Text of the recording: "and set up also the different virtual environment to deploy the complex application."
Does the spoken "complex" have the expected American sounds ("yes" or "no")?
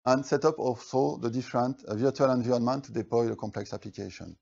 yes